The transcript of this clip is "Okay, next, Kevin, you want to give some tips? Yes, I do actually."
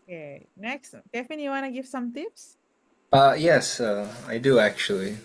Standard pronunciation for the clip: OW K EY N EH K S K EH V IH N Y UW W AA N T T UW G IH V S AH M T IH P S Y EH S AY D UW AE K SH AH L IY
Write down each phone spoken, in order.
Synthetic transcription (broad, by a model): K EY N EH K S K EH F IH N Y UW W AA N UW G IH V S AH M T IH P S Y EH S AY D UW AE K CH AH L IY